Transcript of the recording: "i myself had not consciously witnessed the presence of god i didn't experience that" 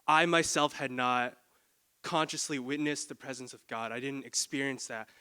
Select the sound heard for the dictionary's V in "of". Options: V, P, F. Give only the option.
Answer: V